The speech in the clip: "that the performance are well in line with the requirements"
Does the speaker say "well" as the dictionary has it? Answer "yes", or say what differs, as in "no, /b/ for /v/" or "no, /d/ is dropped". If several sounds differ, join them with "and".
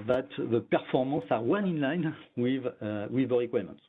no, /n/ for /l/